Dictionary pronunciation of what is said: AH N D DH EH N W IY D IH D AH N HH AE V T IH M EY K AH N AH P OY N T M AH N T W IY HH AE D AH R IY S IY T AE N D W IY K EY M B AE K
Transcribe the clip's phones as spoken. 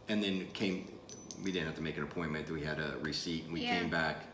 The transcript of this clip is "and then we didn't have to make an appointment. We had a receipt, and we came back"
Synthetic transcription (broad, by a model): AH N DH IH N W IY D IH D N HH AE F T IH M EY K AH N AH P OY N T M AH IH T W IY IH D AH R IY S IY T N W IY K EY M B AE K